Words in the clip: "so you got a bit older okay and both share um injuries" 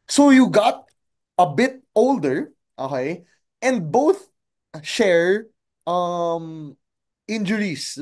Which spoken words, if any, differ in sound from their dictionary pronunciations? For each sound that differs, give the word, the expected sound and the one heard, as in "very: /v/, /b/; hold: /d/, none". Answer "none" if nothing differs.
none